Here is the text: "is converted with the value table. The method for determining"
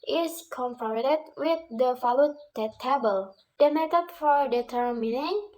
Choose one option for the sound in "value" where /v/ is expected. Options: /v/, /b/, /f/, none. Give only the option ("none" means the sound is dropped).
/f/